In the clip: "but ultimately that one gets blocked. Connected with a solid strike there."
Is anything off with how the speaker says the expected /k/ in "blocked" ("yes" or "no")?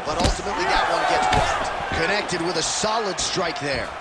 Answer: yes